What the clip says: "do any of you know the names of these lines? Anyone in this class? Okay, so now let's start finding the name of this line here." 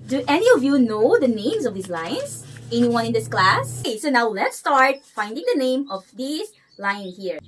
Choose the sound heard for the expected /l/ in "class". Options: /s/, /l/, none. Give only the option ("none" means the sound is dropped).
/l/